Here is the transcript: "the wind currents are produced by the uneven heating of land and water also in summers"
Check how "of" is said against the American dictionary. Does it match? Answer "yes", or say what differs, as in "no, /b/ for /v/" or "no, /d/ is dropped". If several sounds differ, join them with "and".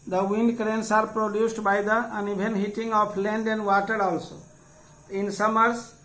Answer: no, /p/ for /v/